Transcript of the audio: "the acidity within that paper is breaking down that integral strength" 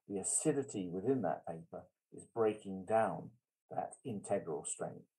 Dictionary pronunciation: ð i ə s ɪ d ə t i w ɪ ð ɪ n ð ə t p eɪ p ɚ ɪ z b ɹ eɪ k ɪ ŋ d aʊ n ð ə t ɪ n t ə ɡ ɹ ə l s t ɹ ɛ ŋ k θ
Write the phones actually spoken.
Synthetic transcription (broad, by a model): ð i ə s ɪ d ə t i w ɪ ð ɪ n ð ə t p eɪ p ɚ ɪ z b ɹ eɪ k ɪ ŋ d aʊ n ð ə t ɪ n t ə ɡ ɹ ə l s t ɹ ɛ ŋ k θ